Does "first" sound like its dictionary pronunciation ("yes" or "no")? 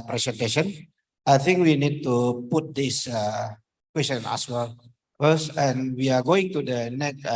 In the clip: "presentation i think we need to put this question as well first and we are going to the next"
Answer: no